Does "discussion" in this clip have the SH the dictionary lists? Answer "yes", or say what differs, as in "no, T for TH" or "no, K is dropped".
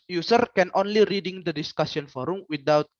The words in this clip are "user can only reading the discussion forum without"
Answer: no, S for SH